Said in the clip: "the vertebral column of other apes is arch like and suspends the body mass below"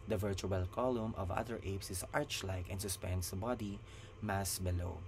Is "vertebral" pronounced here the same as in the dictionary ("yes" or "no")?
no